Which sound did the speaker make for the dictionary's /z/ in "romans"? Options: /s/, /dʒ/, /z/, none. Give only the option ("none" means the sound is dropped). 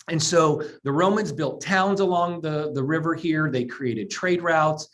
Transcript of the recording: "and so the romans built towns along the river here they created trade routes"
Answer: /z/